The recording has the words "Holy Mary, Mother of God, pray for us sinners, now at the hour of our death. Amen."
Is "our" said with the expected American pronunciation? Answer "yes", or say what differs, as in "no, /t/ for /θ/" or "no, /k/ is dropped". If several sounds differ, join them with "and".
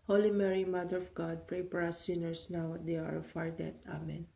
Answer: yes